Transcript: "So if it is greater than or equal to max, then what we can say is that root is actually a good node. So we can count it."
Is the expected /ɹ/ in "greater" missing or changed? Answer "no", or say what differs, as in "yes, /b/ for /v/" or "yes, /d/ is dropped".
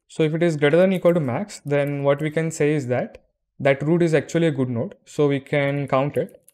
no